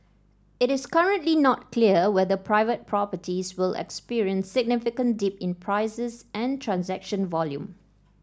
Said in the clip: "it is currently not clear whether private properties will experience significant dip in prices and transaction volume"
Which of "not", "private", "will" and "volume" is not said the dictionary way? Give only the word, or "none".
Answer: none